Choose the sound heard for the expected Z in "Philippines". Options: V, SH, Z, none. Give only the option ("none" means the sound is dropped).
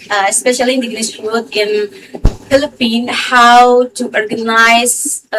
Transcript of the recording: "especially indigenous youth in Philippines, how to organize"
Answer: none